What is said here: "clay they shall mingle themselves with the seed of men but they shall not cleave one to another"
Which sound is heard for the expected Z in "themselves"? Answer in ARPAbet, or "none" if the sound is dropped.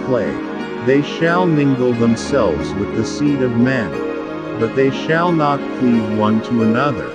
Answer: Z